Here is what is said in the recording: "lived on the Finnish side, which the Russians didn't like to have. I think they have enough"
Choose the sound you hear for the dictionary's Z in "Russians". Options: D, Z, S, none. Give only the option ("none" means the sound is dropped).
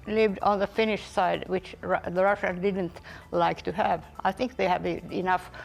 none